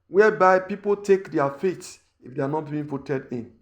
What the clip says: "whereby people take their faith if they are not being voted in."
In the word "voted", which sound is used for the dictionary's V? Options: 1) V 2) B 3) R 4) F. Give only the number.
4